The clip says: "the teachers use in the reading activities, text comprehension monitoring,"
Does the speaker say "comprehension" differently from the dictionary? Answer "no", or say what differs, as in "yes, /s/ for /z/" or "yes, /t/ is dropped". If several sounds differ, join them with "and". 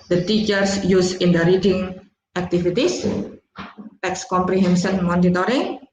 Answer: yes, /s/ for /ʃ/